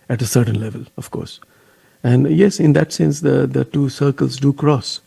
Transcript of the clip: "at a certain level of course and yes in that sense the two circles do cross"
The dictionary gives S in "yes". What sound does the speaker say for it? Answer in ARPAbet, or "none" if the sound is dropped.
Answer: S